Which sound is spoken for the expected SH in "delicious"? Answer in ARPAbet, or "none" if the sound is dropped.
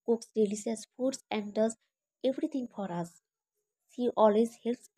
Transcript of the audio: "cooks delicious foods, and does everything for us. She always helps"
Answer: S